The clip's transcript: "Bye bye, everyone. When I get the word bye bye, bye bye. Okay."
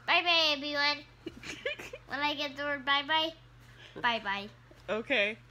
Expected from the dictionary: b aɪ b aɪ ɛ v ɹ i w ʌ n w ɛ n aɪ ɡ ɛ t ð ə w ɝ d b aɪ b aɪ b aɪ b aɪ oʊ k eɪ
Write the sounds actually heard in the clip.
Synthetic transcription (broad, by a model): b aɪ b aɪ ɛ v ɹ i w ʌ n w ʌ l aɪ ɡ ɛ t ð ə w ɝ d b aɪ b aɪ b aɪ b aɪ oʊ k eɪ